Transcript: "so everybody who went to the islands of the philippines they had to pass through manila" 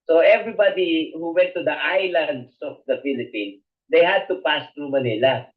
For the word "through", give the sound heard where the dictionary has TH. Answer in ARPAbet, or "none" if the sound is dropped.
T